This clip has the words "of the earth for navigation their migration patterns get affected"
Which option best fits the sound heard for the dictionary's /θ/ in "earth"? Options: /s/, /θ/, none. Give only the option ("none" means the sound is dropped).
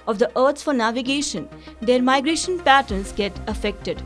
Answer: /s/